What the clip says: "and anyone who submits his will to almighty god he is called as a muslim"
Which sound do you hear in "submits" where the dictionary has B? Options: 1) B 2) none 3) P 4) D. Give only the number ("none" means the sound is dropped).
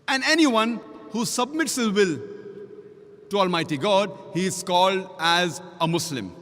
1